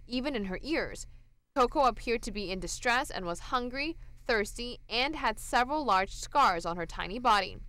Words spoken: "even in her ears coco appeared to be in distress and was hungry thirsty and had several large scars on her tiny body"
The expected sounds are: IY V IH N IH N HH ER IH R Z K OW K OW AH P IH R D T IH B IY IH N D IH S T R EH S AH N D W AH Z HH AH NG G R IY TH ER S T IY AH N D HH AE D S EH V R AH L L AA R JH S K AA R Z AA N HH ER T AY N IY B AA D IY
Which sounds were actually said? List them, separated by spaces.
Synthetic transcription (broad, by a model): IY V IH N IH N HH ER IH R Z K OW K OW AH P IH R D T IH B IY IH N D IH S T R EH S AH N W AH Z HH AH NG G R IY TH ER S T IY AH N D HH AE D S EH V R AH L L AA R JH S K AA R Z N HH ER T AY N IY B AA D IY